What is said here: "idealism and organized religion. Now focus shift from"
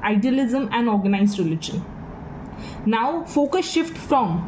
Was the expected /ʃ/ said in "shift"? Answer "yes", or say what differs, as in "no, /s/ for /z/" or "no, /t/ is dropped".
yes